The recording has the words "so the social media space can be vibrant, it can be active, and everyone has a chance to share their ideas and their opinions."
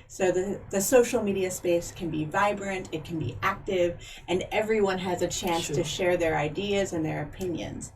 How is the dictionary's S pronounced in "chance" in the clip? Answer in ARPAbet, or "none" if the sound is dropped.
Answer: S